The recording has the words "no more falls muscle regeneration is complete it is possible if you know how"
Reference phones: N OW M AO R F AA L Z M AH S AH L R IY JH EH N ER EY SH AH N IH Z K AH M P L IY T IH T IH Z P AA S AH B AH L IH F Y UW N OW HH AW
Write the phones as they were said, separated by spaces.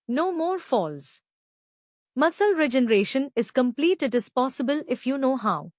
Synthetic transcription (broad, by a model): N OW M AO R F AA L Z M AH S AH L R IY JH EH N ER EY SH AH N IH Z K AH M P L IY T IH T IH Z P AA S AH B AH L IH F Y UW N OW HH AW